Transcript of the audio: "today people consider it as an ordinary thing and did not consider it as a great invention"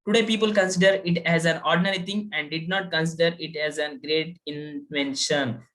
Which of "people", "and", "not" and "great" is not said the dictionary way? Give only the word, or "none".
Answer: none